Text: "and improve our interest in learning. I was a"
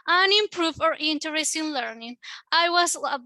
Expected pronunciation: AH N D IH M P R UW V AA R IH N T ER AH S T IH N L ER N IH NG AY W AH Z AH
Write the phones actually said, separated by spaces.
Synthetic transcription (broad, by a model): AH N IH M P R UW F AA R IH N T ER AH S T IH N L ER N IH NG AY W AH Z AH